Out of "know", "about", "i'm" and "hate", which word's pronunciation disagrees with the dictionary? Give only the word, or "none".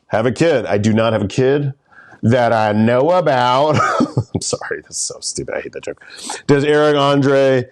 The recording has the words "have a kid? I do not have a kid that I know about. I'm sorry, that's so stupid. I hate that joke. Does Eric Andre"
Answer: none